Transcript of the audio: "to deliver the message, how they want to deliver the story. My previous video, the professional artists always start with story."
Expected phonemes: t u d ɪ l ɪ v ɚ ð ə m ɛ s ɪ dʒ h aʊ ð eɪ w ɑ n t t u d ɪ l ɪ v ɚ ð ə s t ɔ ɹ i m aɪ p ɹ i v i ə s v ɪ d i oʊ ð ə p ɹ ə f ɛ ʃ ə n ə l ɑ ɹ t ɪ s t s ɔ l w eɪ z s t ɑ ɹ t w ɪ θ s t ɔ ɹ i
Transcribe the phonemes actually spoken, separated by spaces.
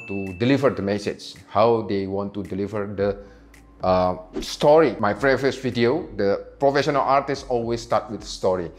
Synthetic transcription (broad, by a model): t u d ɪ l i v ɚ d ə m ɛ s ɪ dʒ h aʊ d eɪ w ɑ n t t u d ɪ l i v ɚ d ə s t ɔ ɹ i m aɪ f ɹ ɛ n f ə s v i d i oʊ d ə p ɹ ə f ɛ ʃ ə n ə l ɑ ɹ t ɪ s s ɔ l w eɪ s t ɑ t w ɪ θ s t ɔ ɹ i